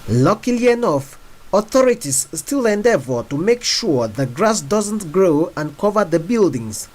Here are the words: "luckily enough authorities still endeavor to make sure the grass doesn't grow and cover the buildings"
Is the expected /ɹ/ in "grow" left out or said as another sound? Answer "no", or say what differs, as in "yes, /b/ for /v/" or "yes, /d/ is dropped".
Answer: no